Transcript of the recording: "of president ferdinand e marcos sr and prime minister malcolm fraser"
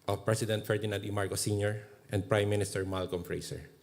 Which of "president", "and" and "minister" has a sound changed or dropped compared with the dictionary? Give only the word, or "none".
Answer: president